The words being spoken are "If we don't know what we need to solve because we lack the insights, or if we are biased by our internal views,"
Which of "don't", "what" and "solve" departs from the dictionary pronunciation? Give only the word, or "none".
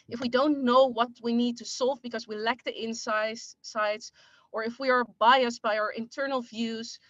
none